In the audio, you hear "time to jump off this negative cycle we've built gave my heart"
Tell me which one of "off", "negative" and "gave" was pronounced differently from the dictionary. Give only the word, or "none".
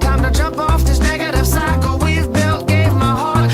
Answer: none